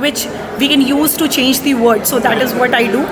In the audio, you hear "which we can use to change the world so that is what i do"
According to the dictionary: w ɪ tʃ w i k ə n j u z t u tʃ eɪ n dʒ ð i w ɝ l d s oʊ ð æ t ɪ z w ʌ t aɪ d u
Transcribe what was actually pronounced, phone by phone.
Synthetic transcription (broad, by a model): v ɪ tʃ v i k ə n j u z t u tʃ eɪ n dʒ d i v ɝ d s oʊ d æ t ɪ z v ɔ t aɪ d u